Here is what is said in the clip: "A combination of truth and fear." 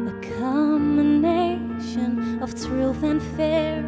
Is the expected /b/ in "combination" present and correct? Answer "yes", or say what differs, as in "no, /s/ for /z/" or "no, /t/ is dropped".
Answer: no, /b/ is dropped